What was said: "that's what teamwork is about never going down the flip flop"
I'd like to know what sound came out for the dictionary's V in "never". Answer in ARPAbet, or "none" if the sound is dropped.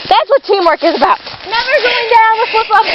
V